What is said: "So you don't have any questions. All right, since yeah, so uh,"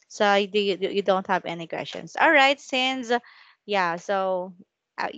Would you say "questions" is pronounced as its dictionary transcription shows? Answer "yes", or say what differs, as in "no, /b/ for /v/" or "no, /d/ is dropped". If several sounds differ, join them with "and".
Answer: no, /s/ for /z/